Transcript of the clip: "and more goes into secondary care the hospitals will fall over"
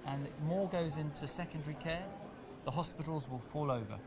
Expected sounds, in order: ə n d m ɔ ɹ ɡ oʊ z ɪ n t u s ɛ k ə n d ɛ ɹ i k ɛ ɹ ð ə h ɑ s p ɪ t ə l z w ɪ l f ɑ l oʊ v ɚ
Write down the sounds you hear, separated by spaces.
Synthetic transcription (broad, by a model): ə n m ɔ ɡ oʊ z ɪ n t u s ɛ k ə n d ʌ ɹ i k ɛ ð ə h ɑ s p ɪ t ə l z w ɪ l f ɑ l oʊ v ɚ